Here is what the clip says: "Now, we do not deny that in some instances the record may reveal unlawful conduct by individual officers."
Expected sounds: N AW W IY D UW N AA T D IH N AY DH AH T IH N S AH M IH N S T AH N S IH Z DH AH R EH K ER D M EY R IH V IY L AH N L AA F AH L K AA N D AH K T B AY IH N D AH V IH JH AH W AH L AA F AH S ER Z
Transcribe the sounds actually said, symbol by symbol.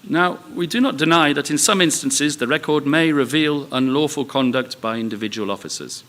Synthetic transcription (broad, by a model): N AW W IY D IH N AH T D IH N AY DH AH T IH N S AH M IH N S T AH N S IH Z DH AH R EH K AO D M EY R IH V IY L AH N L AA F AH L K AA N D AH K T B AY IH N D AH V IH JH AH W AH L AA F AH S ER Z